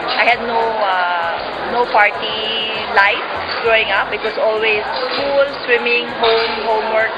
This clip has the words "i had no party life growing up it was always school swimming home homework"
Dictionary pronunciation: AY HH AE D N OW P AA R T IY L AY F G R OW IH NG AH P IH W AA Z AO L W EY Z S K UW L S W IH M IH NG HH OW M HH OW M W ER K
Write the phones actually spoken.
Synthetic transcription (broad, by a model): AY HH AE D N OW P AA R T IY L AY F G R OW IH NG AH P IH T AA S AO L W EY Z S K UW L S W IH M IH NG HH OW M HH OW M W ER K